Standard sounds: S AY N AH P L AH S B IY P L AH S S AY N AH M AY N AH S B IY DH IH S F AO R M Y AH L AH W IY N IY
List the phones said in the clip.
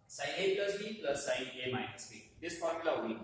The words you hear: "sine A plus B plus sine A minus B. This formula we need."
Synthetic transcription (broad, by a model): S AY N AH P L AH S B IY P L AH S S AY N AH M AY AH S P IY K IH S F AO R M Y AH L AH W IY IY